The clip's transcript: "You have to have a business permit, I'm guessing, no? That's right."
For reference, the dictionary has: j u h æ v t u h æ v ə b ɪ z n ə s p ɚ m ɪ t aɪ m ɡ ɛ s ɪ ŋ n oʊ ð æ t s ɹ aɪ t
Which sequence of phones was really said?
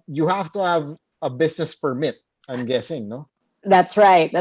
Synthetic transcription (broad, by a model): j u h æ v t u h æ v ə b ɪ s n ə s p ɚ m ɪ t aɪ m ɡ ɛ s ɪ ŋ n oʊ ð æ t s ɹ aɪ t